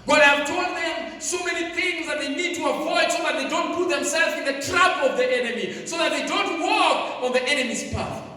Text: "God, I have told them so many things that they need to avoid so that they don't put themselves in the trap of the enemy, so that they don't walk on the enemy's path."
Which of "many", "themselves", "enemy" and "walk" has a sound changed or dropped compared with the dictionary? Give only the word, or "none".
none